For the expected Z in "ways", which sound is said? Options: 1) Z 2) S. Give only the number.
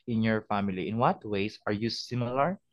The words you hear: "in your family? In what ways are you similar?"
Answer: 2